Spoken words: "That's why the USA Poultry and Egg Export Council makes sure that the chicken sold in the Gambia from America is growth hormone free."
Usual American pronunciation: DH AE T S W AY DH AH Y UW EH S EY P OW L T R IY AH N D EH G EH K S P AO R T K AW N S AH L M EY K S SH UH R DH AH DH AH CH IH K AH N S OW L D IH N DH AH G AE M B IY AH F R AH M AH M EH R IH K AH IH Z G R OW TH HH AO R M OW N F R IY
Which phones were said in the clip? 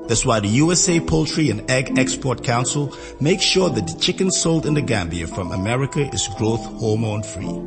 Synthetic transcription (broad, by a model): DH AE T S W AY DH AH Y UW EH S EY P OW L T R IY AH N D EH G EH K S P AO R T K AW N S AH L M EY K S SH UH R DH AH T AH CH IH K AH N S OW L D IH N DH AH G AE M B IY AH F R AH M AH M EH R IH K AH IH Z G R OW TH HH AO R M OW N F R IY